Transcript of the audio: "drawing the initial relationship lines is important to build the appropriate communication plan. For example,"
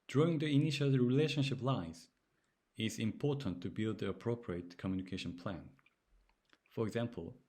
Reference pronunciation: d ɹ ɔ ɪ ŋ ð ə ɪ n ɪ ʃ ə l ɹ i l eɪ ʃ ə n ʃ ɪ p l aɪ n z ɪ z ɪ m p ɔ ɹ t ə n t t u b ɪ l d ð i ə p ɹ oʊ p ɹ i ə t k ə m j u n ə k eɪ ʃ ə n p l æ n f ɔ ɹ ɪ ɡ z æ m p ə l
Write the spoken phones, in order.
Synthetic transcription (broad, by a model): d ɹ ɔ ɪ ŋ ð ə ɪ n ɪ ʃ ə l ɹ i l eɪ ʃ ə n ʃ ɪ p l aɪ z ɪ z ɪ m p ɔ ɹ t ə n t t u b ɪ l d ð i ə p ɹ oʊ p ɹ i ə t k ə m j u n ə k eɪ ʃ ə n p l æ n f ɔ ɹ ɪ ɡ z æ m p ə l